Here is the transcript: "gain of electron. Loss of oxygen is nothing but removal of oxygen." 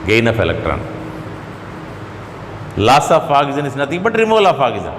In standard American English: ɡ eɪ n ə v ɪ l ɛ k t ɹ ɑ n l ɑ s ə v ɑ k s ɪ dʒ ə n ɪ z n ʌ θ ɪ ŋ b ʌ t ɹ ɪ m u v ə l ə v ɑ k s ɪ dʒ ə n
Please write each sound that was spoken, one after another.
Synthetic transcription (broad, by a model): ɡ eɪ n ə f ɪ l ɛ k t ɹ ɑ n l ɑ s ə f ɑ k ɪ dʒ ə n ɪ s n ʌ t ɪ b ʌ t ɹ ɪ m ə l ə f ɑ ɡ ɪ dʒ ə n